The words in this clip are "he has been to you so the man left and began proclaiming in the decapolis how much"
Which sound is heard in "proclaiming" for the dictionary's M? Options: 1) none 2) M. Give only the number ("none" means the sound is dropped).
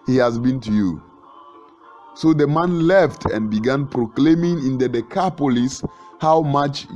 2